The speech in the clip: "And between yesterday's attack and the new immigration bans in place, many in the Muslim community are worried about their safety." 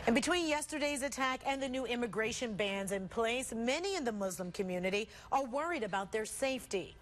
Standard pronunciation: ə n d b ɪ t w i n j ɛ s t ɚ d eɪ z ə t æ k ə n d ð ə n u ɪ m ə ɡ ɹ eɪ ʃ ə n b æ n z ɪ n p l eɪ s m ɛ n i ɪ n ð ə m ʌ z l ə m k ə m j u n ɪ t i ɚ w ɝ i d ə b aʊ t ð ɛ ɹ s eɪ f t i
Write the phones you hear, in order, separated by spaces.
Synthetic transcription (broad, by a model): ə n b ɪ t w i n j ɛ s t ɚ d eɪ z ə t æ k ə n ð ə n u ɪ m ə ɡ ɹ eɪ ʃ ə n b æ n z ɪ n p l eɪ s m ɛ n i ɪ n ð ə m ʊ z l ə m k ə m j u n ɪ t i ɚ w ɝ i d ə b aʊ t ð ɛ ɹ s eɪ f t i